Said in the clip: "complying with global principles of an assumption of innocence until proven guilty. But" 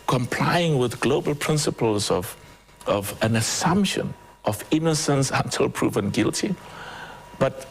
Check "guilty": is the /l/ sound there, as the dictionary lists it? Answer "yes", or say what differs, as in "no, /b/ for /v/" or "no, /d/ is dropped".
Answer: yes